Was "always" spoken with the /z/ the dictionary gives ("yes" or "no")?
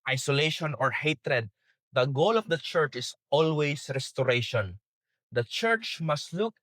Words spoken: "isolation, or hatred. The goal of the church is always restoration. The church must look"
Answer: no